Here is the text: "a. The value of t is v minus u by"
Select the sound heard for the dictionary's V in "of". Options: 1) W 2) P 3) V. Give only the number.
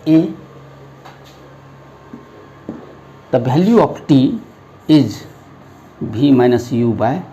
2